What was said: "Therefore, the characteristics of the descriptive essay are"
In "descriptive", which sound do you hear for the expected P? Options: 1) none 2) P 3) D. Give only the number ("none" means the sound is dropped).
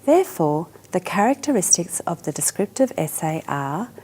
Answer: 2